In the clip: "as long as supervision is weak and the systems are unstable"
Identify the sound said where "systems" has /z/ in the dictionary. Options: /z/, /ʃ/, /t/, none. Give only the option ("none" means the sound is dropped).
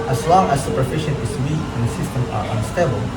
none